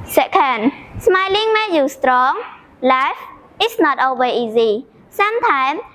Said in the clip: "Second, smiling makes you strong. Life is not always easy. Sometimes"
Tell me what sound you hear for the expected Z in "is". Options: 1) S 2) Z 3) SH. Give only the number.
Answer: 1